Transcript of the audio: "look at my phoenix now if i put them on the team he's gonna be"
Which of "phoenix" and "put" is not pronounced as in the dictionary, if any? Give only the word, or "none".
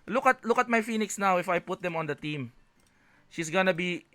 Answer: none